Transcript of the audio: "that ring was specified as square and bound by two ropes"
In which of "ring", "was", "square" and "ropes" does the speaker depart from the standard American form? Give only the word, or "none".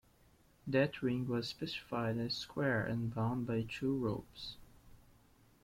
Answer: none